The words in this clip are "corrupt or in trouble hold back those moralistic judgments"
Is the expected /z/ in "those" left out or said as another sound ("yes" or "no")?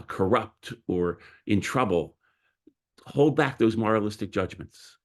no